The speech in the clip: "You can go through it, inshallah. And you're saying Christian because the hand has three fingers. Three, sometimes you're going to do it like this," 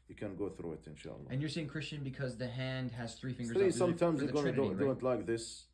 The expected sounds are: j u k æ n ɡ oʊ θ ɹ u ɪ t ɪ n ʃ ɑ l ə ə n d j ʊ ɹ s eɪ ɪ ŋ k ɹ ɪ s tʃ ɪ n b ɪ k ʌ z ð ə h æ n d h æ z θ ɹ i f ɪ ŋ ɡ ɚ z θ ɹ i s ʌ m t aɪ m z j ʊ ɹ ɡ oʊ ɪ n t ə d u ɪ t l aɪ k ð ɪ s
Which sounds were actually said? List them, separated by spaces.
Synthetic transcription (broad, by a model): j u k æ n ɡ oʊ θ ɹ u ɪ t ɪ n ʃ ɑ l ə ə n j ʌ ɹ s eɪ ɪ ŋ k ɹ ɪ s tʃ ɪ n b ɪ k ʌ z ð ə h æ n d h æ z θ ɹ i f ɪ ɡ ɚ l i s ʌ m t aɪ m z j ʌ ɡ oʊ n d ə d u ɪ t l aɪ k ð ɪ s